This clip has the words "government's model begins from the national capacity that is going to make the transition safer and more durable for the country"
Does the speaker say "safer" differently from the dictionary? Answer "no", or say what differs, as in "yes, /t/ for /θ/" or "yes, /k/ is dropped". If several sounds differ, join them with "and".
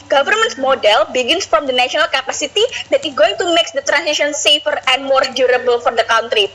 no